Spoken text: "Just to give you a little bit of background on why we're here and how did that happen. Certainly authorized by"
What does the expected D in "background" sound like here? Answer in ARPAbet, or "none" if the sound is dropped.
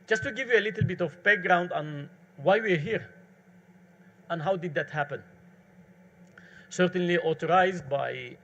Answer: D